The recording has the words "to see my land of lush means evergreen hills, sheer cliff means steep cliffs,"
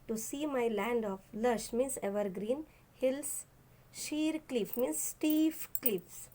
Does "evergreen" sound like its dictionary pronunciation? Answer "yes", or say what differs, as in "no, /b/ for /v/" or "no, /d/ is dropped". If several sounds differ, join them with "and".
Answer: yes